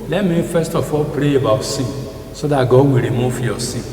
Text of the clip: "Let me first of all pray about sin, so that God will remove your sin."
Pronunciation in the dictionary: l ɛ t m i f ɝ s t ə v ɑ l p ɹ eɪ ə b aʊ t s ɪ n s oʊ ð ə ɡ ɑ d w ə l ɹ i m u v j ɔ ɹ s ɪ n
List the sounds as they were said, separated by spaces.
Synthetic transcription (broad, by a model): l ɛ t m i f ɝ s t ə f ɑ l p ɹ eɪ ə b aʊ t s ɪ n s oʊ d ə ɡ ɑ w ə ɹ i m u f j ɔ s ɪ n